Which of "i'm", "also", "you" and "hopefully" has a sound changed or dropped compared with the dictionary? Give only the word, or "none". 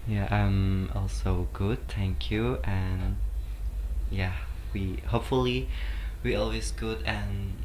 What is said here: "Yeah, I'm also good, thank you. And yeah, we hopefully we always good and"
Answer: none